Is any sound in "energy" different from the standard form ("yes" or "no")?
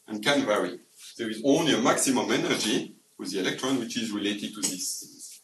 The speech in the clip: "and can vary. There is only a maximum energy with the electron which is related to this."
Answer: no